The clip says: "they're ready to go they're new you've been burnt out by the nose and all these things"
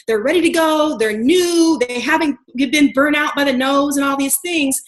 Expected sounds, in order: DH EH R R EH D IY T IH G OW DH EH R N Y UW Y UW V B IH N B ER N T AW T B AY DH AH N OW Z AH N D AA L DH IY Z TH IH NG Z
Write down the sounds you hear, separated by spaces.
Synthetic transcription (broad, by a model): DH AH R R EH D IY T IH G OW DH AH R N Y UW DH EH V B IH N B ER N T AW T B AY DH AH N OW Z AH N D AA L DH IY Z TH IH NG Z